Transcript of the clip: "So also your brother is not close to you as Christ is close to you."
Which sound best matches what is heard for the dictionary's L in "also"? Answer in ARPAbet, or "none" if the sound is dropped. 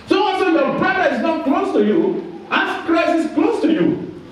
N